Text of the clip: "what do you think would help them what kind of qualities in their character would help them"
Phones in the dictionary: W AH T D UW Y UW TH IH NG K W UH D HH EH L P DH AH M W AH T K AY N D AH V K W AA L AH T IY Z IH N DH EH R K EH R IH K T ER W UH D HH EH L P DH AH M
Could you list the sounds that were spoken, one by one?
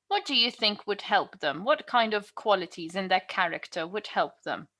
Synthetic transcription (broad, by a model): W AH T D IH Y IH TH IH NG K W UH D HH EH L P DH AH M W AH T K AY N D AH V K W AA L AH T IY Z IH N DH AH R K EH R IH K T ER W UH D HH EH L P DH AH M